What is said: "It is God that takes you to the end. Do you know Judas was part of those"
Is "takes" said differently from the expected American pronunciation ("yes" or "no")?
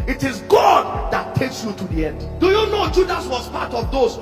no